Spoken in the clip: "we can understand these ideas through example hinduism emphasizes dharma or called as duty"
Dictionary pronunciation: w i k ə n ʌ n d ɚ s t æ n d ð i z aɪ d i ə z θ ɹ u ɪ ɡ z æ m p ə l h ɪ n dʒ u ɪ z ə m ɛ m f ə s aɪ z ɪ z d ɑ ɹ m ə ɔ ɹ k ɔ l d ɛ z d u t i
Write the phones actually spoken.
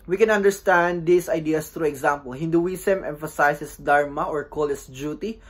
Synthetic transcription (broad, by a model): w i k ə n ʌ n d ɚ s t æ n d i s aɪ d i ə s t ɹ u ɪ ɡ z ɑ m p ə l h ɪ n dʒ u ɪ s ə m ɛ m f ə s aɪ s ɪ s d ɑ ɹ m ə ɔ ɹ k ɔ l ɛ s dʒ u t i